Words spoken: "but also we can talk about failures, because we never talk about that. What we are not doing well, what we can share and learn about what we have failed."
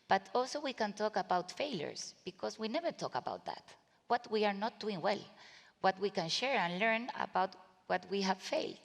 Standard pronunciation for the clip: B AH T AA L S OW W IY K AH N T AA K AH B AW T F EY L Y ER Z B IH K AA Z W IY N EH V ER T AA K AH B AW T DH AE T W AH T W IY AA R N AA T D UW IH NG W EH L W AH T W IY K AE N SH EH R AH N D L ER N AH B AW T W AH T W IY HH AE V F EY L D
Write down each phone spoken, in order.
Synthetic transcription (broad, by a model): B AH T AA L S OW W IY K AH N T AA K AH B AW T F EY L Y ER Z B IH K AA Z W IY N EH V ER T AA K AH B AW T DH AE T W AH T W IY AA R N AA T D UW IH NG W EH L W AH T W IY K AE N SH EH R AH N L ER N AH B AW T W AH T W IY HH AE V F EY L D